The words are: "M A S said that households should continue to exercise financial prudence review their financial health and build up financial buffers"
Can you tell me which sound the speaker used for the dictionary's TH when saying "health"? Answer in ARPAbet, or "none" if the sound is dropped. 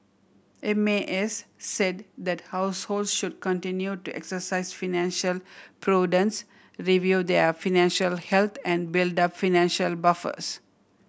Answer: T